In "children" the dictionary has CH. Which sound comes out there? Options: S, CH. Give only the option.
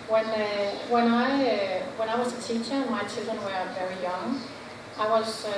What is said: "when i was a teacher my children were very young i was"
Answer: CH